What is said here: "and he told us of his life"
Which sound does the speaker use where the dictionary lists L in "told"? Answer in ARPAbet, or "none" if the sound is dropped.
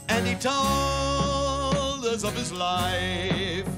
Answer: none